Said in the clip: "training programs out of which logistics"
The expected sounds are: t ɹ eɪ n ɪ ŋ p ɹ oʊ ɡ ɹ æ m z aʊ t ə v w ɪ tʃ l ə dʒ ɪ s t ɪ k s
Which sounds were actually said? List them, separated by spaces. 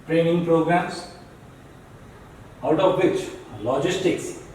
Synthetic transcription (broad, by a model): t ɹ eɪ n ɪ ŋ p ɹ oʊ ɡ ɹ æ m s aʊ t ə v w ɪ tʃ l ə dʒ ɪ s t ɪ k s